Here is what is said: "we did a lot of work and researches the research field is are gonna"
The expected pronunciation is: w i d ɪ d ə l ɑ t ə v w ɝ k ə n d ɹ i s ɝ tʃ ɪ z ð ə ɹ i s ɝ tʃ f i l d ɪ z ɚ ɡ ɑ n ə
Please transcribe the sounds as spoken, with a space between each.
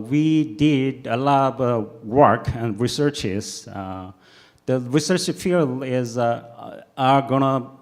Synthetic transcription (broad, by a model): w i d ɪ d ə l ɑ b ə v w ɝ k ə n d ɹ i s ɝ tʃ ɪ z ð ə ɹ i s ɝ tʃ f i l ɪ z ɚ ɡ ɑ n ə